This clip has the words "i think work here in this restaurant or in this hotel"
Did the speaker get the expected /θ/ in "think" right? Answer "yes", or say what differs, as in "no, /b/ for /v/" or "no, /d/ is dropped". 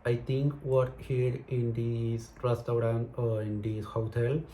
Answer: no, /t/ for /θ/